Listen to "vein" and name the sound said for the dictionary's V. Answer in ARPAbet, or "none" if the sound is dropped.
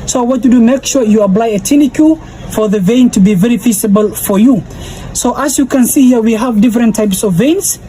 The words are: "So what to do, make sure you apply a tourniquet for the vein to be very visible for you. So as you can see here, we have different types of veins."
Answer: V